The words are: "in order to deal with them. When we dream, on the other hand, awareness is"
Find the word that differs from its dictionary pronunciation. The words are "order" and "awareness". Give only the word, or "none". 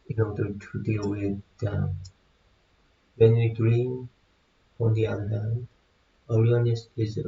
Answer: awareness